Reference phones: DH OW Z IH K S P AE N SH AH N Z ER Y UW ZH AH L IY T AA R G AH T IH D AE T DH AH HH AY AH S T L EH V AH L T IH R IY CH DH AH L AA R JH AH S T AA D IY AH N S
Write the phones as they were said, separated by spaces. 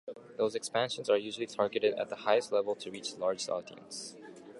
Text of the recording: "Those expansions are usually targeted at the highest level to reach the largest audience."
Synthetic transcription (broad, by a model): DH OW Z IH K S P AE N SH AH N Z ER Y UW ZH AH L IY T AA R G AH T IH D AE T DH AH HH AY AH S T L EH V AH L T IH R IY CH L AA R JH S AA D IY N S